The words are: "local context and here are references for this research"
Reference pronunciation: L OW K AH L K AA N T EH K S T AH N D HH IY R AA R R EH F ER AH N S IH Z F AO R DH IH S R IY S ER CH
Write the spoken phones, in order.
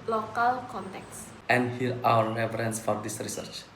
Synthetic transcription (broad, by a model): L OW K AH L K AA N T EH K S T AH N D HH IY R AA W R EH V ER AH N S F AO R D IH S R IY S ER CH